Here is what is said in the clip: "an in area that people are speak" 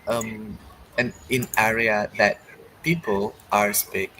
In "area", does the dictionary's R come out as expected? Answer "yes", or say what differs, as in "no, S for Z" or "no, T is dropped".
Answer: yes